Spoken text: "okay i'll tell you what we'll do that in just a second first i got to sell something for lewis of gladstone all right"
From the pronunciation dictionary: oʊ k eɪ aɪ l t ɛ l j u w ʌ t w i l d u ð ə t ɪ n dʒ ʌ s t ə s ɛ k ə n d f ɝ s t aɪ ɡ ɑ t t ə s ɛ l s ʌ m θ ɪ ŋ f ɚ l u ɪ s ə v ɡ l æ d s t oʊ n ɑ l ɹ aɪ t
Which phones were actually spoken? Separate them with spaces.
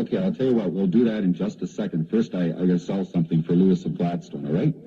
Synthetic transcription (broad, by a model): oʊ k eɪ aɪ l t ɛ l j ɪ w ʌ t w i l d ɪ ð ə t ɪ n dʒ ʌ s t ə s ɛ k ə n d f ɝ s t aɪ ɑ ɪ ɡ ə s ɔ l s ʌ m θ ɪ ŋ f ɚ l u ɪ s ə v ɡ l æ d s t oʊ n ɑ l ɹ aɪ t